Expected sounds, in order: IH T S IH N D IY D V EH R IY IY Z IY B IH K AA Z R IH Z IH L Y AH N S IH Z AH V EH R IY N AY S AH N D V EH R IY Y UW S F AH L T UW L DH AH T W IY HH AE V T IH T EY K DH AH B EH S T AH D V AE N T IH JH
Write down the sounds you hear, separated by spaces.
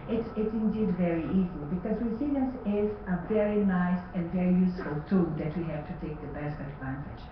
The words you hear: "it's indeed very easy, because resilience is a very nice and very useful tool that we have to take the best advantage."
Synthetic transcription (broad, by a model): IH T S IH N D IY D V EH R IY IY Z IY B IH K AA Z W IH S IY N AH S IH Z AH V EH R IY N AY S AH N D V EH R IY Y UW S F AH L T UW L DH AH T W IY HH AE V T IH T EY K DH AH B EH S T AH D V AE N T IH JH